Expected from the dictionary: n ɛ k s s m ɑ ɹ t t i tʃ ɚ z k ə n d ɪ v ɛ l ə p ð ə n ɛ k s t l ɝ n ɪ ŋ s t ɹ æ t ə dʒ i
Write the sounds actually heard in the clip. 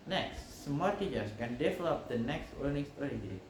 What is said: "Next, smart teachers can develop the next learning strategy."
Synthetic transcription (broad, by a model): n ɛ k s s m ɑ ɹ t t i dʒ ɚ s k ə n d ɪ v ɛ l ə p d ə n ɛ k s t w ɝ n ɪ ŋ s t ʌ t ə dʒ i